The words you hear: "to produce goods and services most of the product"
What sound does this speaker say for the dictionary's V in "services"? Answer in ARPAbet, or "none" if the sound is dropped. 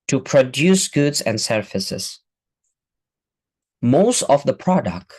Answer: F